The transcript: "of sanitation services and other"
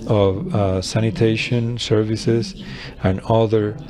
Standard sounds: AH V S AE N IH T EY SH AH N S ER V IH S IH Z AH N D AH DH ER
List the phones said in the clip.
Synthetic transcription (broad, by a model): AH V S AE N IH T EY SH AH N S ER V IH S IH Z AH N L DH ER